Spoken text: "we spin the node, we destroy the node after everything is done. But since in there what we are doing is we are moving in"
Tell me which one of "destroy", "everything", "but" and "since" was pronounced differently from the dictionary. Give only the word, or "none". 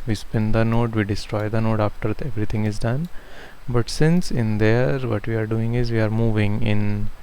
everything